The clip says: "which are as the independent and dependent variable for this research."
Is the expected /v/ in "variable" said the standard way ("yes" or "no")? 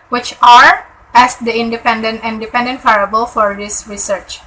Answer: no